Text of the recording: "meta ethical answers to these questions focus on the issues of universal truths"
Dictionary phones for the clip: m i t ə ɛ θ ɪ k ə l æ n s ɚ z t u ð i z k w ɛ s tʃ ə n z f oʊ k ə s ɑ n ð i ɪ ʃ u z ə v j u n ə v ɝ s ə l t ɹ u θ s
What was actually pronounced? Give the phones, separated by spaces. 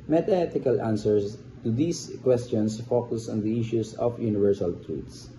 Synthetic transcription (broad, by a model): m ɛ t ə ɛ t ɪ k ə l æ n s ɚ s t u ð i s k w ɛ s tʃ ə n s f oʊ k ə s ɑ n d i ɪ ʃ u s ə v j u n ə v ɝ s ə l t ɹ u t s